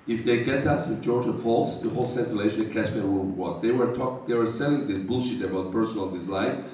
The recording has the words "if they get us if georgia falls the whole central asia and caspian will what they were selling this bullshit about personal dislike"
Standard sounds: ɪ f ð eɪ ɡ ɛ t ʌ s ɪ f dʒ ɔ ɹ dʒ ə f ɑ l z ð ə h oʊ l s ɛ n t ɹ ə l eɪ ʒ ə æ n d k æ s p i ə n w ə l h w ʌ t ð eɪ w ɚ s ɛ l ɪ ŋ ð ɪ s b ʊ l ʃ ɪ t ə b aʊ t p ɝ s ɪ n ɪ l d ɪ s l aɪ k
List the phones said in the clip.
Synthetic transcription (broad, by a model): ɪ f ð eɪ ɡ ɛ t ʌ s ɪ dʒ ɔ ɹ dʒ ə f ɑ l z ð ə h oʊ l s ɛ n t ə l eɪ ʃ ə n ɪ k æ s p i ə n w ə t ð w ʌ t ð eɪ w ɚ s ɛ l ɪ ŋ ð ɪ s b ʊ l ʃ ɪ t ə b aʊ t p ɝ s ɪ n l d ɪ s l aɪ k